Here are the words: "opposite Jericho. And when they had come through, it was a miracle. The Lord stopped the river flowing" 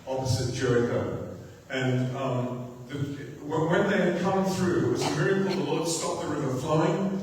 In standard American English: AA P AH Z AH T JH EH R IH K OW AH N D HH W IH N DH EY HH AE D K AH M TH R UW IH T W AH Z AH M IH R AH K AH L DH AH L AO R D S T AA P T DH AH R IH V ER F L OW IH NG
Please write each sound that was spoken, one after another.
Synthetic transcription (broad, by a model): AA P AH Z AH T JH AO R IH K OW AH N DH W W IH N DH EY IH D K AH M TH R UW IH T W AH Z AH M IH R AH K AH L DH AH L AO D S T AA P DH AH R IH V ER F L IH IH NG